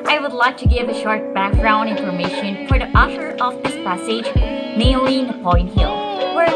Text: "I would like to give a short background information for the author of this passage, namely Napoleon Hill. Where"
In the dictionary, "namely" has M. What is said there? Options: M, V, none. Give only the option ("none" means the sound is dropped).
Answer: none